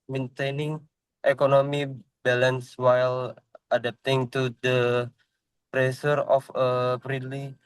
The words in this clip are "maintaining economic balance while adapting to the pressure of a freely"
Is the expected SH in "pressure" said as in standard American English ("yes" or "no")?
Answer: no